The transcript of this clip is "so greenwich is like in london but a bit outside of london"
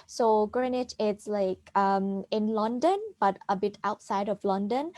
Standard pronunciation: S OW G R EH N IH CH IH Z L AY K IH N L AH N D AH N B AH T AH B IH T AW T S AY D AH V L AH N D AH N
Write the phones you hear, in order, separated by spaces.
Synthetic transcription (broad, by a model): S OW G R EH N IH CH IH S L AY K IH N L AH N D AH N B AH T AH B IH T AW T S AY D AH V L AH N D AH N